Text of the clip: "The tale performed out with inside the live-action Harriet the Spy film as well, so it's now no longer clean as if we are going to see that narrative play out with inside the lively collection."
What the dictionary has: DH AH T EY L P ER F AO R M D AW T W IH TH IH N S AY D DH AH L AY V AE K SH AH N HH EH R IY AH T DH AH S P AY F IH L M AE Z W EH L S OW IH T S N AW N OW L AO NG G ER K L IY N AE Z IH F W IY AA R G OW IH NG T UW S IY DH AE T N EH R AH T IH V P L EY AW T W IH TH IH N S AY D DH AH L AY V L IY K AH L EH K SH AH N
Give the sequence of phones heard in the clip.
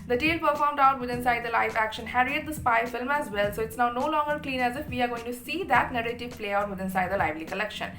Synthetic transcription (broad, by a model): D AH T EY L P ER F AO R M D AW T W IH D IH N S AY D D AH L AY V AE K SH AH N HH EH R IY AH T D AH S P AY F IH L M AE Z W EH L S OW IH T S N AW N OW L AO NG G ER K L IY N AE Z IH F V IY AA R G OW IH NG T UW S IY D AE T N EH R AH T IH V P L EY AW T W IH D IH N S AY D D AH L AY V L IY K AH L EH K SH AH N